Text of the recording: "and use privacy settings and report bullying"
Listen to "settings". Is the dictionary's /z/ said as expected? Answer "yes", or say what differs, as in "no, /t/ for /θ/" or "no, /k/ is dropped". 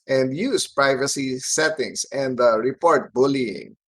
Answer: no, /s/ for /z/